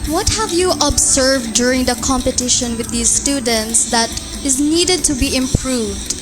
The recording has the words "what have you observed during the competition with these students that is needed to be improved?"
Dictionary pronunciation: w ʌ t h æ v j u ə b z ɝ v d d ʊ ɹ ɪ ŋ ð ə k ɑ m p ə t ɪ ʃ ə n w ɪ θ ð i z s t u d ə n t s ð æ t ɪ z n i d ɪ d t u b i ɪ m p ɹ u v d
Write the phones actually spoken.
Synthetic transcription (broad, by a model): w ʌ t h æ v j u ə b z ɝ v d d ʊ ɹ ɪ ŋ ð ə k ɑ m p ə t ɪ ʃ ə n w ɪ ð i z s t u d ə n t s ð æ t ɪ z n i d ɪ d t u b i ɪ m p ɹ u v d